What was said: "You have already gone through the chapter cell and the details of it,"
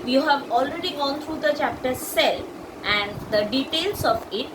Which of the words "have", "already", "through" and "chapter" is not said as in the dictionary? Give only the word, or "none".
through